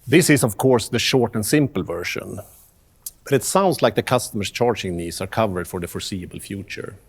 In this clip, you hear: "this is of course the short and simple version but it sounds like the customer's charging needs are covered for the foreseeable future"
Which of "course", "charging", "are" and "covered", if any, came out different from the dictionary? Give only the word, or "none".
none